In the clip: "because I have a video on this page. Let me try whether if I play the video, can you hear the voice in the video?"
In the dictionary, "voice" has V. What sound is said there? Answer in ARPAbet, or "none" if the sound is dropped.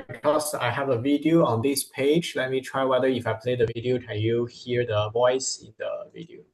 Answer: V